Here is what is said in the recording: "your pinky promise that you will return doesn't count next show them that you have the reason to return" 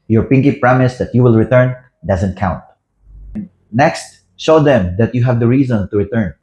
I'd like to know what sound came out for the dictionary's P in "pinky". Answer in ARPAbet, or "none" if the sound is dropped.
P